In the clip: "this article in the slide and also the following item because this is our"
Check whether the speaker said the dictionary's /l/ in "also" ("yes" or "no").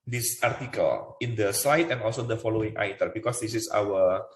yes